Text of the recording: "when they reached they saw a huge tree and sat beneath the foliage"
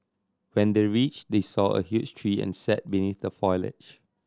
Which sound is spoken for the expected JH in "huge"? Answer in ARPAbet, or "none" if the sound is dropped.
CH